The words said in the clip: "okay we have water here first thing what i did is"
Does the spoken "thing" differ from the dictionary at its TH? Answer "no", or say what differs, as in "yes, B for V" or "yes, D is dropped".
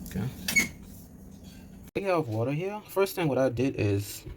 no